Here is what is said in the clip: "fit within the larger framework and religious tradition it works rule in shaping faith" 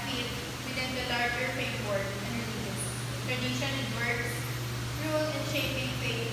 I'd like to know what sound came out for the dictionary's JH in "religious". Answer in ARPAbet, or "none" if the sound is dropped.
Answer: none